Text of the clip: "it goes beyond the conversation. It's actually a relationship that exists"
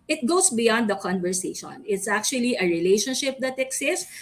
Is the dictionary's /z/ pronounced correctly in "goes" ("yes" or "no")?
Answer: no